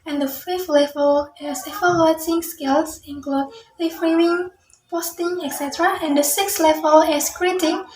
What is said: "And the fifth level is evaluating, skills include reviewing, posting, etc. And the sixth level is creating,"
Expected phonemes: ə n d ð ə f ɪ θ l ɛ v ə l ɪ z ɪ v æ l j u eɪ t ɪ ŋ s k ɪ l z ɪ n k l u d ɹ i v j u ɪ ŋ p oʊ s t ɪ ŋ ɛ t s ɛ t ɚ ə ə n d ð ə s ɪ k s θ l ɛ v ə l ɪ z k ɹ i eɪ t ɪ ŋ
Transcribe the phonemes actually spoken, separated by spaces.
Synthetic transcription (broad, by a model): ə n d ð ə f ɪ f l ɛ v ə l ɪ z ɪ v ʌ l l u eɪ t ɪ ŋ s k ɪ l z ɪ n k l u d l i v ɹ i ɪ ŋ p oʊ s t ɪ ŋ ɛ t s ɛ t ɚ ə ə n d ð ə s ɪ k s l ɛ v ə l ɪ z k ɹ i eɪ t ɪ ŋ